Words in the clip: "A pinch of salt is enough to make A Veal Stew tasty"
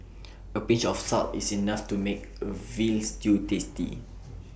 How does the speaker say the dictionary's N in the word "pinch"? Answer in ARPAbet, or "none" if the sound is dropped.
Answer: none